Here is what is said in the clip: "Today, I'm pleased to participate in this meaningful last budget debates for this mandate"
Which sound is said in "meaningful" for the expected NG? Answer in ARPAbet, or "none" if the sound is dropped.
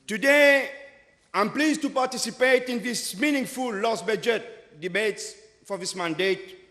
NG